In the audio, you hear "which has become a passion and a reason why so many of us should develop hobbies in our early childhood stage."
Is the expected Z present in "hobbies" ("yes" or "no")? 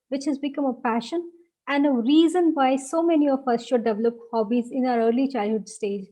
yes